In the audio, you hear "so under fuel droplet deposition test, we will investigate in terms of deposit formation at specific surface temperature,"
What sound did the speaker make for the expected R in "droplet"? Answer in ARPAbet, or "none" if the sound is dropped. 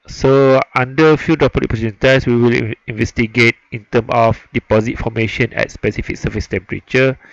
none